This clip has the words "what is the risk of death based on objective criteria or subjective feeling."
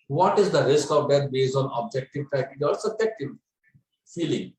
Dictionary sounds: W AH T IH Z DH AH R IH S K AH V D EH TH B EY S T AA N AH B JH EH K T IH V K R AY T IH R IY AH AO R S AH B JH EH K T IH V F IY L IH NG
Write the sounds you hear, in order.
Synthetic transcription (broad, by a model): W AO T IH Z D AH R IH S K AH V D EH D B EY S AA N AH B JH EH K T IH V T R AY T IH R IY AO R S AH B JH EH K T IH V F IY L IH NG